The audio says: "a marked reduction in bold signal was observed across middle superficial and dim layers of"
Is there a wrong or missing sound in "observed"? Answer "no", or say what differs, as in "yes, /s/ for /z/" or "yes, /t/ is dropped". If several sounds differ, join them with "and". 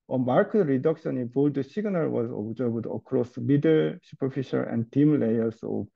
yes, /b/ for /v/